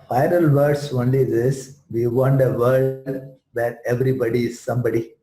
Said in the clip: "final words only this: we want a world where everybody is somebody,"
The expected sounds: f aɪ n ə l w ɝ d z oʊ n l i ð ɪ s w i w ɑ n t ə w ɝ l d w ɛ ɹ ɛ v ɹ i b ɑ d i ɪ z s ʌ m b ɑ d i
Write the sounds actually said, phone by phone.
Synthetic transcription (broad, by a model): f aɪ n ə l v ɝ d s oʊ n l i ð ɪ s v i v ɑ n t ə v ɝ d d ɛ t ɛ v ɹ i b ɑ d i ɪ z s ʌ m b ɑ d i